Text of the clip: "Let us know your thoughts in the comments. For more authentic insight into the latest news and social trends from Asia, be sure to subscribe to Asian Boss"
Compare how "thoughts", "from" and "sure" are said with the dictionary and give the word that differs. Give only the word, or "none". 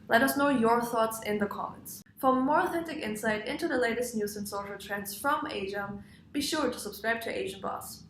none